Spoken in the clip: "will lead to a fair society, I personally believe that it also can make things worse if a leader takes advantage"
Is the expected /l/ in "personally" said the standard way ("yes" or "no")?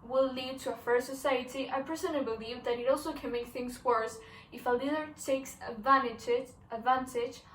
no